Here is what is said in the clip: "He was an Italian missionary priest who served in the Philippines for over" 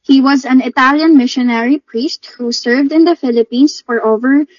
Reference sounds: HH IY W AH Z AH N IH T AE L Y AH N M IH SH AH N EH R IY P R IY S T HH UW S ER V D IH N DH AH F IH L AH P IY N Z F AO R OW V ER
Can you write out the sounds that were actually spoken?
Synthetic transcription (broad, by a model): HH IY W AH Z AH N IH T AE L Y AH N M IH SH AH N EH R IY P R IY S T HH UW S ER V D IH N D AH F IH L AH P IY N S F AO R OW V ER